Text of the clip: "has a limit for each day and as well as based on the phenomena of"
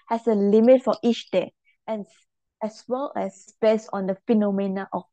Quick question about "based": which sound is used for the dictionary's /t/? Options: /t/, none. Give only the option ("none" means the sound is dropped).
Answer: none